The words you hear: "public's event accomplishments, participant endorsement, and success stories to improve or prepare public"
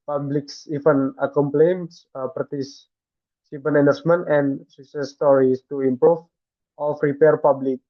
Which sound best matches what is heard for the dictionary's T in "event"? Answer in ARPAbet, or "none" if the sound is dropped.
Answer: none